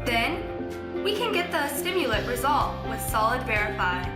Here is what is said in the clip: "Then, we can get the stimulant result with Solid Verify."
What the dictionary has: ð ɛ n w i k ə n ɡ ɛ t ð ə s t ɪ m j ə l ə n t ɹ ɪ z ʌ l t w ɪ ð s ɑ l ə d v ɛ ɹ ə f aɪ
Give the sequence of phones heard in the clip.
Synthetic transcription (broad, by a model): ð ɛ n w i k ə n ɡ ɛ t ð ə s t ɪ m j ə l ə t ɹ ɪ z ʌ l t w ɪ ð s ɑ l ə d v ɛ ɹ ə f aɪ